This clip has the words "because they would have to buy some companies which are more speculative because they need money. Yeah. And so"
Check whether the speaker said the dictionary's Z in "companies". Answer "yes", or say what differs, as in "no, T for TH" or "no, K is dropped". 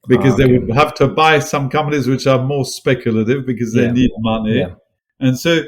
yes